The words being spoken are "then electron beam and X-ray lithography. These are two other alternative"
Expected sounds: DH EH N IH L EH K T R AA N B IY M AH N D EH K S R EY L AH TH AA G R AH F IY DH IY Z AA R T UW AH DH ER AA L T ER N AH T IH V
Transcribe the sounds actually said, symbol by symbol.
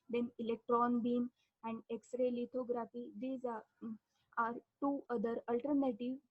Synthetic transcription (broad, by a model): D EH N IH L EH K T R AA N B IY M AH N D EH K S R EY L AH T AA G R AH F IY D IY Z AA R T UW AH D ER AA L T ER N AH T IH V